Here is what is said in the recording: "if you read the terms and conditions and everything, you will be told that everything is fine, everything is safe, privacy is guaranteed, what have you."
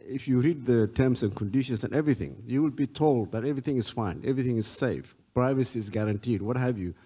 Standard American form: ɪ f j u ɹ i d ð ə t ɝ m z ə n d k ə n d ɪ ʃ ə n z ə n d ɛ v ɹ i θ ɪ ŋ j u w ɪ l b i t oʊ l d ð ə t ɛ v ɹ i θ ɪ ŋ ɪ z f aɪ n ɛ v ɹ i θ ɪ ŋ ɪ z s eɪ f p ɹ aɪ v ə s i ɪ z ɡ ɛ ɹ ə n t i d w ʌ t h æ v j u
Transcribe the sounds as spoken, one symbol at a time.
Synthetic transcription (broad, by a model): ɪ f j u ɹ i d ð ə t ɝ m s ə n k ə n d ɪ ʃ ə n s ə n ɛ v ɹ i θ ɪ ŋ j u w ɪ l b i t oʊ l d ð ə t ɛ v ɹ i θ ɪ ŋ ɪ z f aɪ n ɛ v ɹ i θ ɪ ŋ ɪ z s eɪ f p ɹ aɪ v ə s i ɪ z ɡ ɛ ɹ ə n t i d w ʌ t h æ v j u